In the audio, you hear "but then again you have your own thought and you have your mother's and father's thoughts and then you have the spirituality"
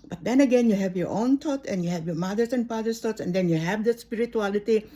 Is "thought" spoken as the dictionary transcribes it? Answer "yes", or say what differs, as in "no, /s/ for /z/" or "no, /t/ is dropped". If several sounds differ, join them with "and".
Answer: no, /t/ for /θ/